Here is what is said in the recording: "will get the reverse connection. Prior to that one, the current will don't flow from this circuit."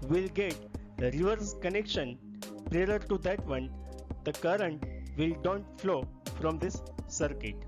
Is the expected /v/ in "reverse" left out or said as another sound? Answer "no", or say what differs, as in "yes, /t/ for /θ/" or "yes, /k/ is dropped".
no